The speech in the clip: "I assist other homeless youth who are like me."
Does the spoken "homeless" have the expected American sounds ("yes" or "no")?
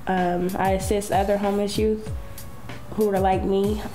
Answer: no